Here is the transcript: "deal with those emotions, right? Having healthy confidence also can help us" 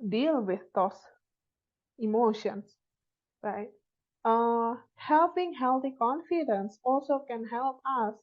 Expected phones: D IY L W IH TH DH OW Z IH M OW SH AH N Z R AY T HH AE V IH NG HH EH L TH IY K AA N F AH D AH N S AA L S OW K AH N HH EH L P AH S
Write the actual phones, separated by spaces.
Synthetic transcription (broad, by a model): D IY L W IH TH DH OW S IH M OW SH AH N S R AY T HH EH P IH NG HH EH L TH IY K AA N F AH D AH N S AA L S OW K AH N HH EH L P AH S